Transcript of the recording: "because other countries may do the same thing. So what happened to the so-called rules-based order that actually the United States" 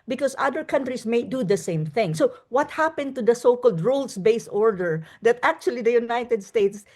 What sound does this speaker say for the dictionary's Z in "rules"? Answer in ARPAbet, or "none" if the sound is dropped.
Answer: S